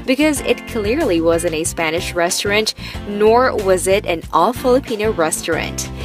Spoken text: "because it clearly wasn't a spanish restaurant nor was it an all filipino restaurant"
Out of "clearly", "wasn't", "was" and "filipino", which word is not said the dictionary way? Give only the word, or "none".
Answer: none